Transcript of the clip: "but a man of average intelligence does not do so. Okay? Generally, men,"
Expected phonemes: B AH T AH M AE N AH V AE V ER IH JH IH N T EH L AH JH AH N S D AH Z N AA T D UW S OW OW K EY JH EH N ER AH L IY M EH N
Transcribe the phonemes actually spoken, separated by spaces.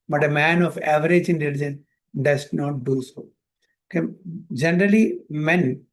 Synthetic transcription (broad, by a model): B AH T AH M AE N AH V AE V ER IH JH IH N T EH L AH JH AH N D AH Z N AA T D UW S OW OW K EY JH EH N ER AH L IY M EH N